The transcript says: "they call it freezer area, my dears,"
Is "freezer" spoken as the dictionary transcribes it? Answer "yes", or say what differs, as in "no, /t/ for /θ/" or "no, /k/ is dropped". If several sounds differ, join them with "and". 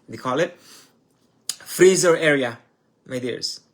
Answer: yes